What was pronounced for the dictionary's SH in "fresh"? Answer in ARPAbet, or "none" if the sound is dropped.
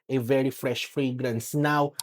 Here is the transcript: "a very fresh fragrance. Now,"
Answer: SH